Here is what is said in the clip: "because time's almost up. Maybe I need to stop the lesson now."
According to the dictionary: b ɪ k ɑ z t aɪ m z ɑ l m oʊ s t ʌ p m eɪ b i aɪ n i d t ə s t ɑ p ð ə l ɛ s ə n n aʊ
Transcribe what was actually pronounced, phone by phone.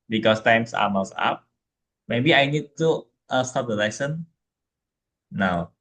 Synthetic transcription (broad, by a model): b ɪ k ɑ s t aɪ m s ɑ m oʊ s ɑ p m eɪ b i aɪ n i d t ə s t ɑ p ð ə l ɛ s ə n n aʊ